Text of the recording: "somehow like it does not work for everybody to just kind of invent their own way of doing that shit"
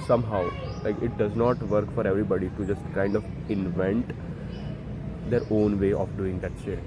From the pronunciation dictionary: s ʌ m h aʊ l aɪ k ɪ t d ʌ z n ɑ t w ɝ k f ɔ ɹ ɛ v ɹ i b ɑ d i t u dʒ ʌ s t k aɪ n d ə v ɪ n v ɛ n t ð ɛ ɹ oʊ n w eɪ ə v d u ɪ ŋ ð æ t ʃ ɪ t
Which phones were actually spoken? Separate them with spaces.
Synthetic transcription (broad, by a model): s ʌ m h aʊ l aɪ k ɪ t d ʌ z n ɑ t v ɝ k f ɔ ɹ ɛ v ɹ i b ɑ d i t u dʒ ʌ s t k aɪ n d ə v ɪ n v ɛ n t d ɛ ɹ oʊ n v eɪ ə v d u ɪ ŋ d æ t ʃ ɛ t